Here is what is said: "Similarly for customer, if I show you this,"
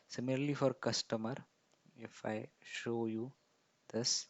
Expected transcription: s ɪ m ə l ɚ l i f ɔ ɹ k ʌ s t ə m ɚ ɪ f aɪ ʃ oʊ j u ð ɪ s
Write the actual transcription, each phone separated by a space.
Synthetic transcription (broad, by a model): s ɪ m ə l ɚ l i f ɔ ɹ k ʌ s t ə m ɚ ɪ f aɪ ʃ oʊ j u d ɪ s